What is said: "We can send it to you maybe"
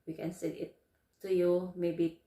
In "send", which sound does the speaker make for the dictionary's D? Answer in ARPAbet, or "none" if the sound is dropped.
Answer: none